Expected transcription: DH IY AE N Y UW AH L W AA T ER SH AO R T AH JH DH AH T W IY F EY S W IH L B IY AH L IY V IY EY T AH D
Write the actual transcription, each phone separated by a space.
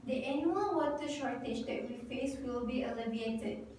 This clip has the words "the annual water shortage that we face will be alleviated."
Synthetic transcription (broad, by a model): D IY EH N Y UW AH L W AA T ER SH AO R T AH JH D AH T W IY F EY S W IH L B IY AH L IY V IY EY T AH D